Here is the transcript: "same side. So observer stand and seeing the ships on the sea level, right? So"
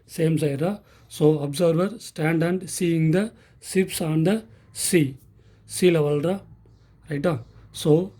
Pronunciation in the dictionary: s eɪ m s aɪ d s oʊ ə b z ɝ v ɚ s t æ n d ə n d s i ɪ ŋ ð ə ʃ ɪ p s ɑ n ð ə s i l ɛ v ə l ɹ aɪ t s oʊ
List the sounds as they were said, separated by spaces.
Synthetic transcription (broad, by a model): s eɪ m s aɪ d s oʊ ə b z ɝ v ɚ s t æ n d ə n d s i ɪ ŋ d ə s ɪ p s ɑ n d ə s i l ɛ v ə l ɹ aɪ t s oʊ